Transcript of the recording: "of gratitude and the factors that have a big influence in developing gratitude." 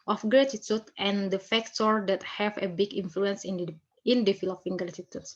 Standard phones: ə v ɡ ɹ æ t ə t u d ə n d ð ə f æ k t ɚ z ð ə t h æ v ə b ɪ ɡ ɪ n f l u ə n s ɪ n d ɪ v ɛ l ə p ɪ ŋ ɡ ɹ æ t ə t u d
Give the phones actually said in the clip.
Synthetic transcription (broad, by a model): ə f ɡ ɹ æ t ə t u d ə n d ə f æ k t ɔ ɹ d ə t h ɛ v ə b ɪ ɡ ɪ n f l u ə n s ɪ n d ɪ f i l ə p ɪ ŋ ɡ ɹ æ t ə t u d